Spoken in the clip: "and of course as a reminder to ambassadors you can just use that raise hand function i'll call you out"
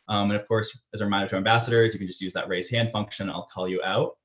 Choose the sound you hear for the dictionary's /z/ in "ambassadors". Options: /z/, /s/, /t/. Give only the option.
/z/